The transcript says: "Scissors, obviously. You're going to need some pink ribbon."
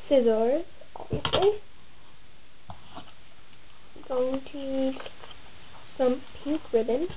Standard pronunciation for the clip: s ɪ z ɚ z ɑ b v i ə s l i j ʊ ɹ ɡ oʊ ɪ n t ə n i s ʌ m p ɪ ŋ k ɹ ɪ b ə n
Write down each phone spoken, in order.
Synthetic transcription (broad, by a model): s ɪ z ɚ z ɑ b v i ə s l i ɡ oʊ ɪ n t ə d s ʌ m p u k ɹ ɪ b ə n